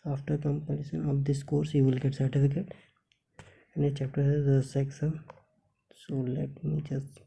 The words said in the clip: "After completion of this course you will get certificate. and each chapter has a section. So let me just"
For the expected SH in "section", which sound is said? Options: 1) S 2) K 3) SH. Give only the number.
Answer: 1